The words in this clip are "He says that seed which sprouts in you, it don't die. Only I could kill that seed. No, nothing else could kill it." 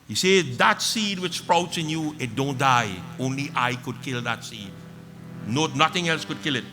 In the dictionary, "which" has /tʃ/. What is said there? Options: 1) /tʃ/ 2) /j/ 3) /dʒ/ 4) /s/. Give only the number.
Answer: 1